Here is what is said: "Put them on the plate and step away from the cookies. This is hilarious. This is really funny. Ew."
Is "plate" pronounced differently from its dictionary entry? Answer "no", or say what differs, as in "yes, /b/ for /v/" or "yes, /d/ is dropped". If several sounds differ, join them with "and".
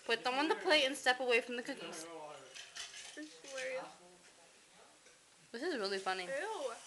yes, /t/ is dropped